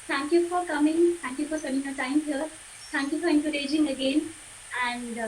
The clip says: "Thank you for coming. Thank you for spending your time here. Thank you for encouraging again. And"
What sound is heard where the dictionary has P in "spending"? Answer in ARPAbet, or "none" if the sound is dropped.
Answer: none